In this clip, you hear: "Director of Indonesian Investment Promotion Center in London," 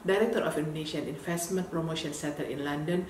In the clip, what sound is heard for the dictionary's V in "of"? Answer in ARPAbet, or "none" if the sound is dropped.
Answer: F